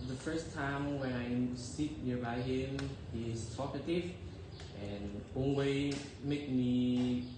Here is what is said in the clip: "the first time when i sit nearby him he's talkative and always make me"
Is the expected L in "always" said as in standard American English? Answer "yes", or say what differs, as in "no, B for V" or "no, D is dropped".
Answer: no, N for L